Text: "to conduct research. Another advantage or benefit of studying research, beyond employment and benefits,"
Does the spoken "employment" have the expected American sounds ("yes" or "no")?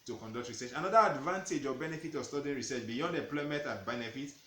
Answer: no